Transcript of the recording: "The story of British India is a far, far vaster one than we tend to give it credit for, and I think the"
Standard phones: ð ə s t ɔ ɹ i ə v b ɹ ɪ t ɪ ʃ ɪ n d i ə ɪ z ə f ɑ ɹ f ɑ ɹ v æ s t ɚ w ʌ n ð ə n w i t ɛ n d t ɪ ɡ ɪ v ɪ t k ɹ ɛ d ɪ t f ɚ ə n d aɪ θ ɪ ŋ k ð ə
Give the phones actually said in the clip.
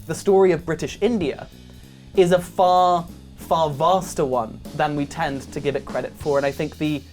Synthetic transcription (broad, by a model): ð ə s t ɔ ɹ i ə v b ɹ ɪ t ɪ ʃ ɪ n d i ə ɪ z ə f ɑ ɹ f ɑ ɹ v æ s t ɚ w ʌ n ð ə n w i t ɛ n t ɪ ɡ ɪ v ɪ t k ɹ ɛ d ɪ t f ɚ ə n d aɪ θ ɪ ŋ k ð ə